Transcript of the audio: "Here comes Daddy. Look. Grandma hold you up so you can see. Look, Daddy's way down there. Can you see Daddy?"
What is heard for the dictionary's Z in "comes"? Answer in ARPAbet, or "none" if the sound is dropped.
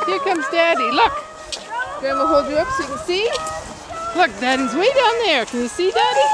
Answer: Z